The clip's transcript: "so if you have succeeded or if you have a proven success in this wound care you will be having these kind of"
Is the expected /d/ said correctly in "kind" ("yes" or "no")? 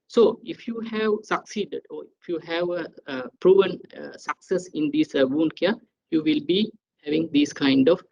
yes